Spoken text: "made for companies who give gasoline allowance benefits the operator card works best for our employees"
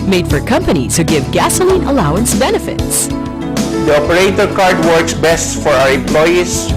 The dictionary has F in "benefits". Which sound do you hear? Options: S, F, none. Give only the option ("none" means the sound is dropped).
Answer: F